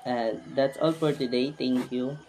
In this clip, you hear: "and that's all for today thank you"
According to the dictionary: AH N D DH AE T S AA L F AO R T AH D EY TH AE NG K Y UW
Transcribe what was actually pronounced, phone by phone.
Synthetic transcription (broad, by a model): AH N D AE T S AA L F AO R T AH D EY T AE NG K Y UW